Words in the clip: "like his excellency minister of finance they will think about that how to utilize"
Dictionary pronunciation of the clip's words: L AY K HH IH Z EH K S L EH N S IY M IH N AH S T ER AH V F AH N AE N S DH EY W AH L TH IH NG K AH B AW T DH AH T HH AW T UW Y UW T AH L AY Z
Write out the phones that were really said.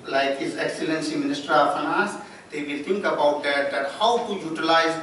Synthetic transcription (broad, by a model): L AY K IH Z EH K S L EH N S IY M IH N AH S T ER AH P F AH N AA S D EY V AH L T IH NG K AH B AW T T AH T HH AW T UW Y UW T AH L AY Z